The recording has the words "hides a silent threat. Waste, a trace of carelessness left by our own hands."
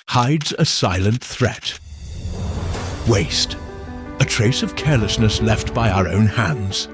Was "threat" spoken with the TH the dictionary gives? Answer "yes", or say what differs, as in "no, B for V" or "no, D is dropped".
yes